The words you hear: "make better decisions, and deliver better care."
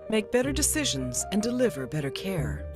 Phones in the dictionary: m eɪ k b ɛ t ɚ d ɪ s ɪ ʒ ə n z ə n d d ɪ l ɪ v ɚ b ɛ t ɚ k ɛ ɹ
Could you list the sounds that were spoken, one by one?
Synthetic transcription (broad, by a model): m eɪ k b ɛ t ɚ d ɪ s ɪ ʒ ə n z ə n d d ɪ l ɪ v ɚ b ɛ t ɚ k ɛ ɹ